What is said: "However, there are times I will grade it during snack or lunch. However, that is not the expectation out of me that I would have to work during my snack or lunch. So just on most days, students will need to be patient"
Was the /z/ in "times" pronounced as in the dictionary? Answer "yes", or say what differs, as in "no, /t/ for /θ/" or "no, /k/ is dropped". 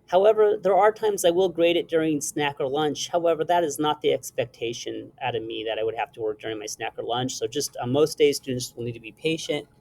yes